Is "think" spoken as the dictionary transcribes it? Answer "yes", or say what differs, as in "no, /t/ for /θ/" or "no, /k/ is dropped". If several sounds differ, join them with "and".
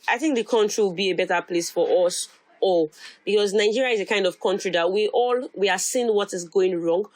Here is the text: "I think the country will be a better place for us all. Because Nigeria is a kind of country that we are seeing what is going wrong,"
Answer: yes